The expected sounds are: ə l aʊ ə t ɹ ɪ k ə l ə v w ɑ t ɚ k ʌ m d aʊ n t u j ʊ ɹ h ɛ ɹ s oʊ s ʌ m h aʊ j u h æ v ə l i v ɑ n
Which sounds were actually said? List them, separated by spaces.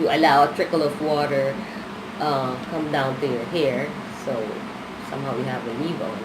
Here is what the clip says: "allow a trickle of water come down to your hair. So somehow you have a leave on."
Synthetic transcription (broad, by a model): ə l aʊ ə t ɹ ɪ k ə l ə v w ɑ t ɚ k ʌ m d aʊ n t u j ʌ ɹ h ɛ ɹ s oʊ s ʌ m h aʊ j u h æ v ə n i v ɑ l